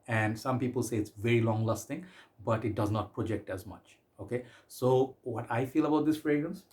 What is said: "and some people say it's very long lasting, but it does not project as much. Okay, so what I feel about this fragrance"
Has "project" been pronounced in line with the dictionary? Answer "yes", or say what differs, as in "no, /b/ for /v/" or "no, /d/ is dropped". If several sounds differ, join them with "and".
yes